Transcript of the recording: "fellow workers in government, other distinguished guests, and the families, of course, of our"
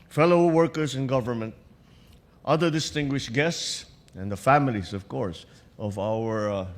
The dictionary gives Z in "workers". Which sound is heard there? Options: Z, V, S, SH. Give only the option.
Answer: S